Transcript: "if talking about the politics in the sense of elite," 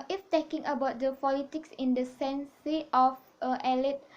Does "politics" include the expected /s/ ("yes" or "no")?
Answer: yes